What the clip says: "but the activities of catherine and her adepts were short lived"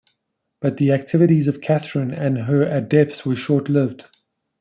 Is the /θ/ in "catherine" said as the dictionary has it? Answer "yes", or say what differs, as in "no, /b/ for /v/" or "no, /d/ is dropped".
yes